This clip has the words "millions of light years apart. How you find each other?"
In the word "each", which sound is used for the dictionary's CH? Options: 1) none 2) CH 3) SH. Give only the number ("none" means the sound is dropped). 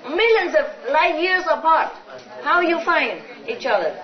2